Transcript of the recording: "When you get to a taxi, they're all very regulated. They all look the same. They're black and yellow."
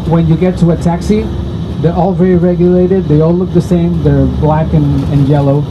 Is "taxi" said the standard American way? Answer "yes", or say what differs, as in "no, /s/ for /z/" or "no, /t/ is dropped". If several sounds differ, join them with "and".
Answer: yes